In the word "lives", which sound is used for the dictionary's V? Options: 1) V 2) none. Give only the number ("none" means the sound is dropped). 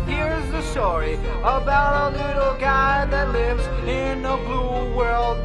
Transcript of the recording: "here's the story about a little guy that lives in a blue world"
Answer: 1